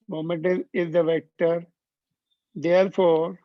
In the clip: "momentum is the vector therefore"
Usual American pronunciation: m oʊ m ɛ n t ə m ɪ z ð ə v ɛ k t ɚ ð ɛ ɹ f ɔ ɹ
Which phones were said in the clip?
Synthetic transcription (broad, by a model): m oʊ m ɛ n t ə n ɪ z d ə v ɛ k t ɚ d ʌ ɹ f ɔ ɹ